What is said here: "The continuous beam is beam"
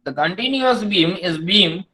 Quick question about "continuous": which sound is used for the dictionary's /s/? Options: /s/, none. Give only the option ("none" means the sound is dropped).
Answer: /s/